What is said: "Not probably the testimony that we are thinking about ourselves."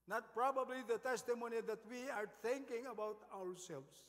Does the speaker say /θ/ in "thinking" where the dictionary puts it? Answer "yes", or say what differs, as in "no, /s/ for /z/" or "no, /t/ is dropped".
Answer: no, /t/ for /θ/